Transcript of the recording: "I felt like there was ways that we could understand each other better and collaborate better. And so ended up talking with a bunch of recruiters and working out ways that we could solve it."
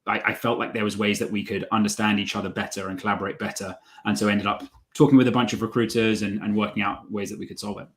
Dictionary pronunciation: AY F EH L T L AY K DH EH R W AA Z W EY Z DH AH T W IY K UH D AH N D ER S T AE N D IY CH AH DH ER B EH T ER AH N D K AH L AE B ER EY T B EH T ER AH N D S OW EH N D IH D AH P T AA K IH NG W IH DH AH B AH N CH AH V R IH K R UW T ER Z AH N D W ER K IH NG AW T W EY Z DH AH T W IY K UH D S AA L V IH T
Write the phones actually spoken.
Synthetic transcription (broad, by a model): AY F EH L T L AY K DH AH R W AA Z W EY Z DH AH T W IY K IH D AH N D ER S T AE N D IY CH AH DH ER B EH T ER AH N K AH L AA B ER EY T B EH T ER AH N S OW EH N D IH D AH P T AA K IH NG W IH DH AH B AH N CH AH V R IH K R UW T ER Z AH N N W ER K IH NG AW T W EY Z DH AH T W IY K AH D S AA L V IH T